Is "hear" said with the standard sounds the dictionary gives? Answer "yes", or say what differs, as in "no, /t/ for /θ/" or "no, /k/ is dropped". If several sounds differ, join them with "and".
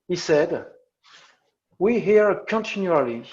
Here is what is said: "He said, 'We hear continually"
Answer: yes